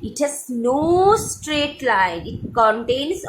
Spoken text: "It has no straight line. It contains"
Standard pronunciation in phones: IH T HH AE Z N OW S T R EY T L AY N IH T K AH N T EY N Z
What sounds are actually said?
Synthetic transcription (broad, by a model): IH T HH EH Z N OW S T R EY T L AY N IH T K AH N T EY N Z